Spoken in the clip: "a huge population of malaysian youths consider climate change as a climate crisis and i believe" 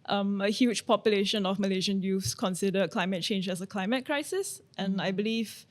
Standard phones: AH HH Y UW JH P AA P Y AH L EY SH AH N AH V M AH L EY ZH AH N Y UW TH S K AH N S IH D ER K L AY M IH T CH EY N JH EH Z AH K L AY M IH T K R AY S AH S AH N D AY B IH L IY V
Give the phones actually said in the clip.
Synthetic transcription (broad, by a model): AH HH Y UW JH P AA P Y AH L EY SH AH N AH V M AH L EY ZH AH N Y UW F S K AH N S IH D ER K L AY M IH T CH EY N JH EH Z AH K L AY M IH T K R AY S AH S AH N AY B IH L IY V